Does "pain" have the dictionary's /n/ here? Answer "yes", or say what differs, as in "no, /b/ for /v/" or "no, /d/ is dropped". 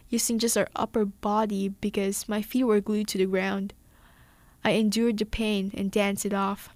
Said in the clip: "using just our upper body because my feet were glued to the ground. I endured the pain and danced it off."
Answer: yes